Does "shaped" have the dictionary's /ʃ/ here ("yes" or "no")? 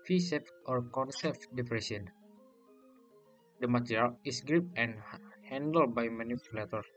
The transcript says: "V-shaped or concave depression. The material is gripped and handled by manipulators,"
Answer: no